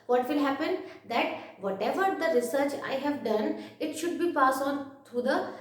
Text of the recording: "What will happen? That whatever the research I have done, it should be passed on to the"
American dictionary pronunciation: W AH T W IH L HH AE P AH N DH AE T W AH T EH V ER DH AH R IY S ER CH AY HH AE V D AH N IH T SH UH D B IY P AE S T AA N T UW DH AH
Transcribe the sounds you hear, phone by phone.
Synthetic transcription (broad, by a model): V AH T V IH L HH AE P AH N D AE T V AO T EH V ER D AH R IY S ER CH AY HH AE V D AH N IH T SH UH D B IY P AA S AA N T UW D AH